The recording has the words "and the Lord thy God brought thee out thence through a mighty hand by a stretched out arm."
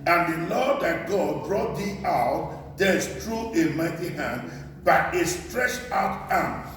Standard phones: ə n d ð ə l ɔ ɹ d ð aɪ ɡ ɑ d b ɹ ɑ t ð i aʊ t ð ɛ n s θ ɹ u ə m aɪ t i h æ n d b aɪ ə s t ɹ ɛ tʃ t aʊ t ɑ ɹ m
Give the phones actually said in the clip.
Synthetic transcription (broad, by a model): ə n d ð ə l ɔ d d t ɡ ɑ d ɹ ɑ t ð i aʊ t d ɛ s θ ɹ u ə m aɪ t i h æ n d b aɪ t s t ɹ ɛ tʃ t aʊ t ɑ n